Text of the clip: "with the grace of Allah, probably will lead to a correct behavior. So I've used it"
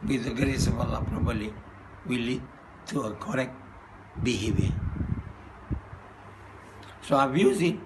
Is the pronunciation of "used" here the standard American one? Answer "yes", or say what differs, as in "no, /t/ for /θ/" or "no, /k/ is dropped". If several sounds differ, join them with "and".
no, /d/ is dropped